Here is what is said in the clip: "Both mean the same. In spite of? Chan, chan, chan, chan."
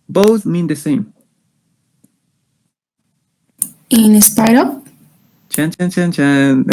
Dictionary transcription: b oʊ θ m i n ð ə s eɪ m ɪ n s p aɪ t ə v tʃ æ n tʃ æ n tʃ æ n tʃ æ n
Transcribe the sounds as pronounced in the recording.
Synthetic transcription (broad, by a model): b oʊ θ m i n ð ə s eɪ m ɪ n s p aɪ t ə p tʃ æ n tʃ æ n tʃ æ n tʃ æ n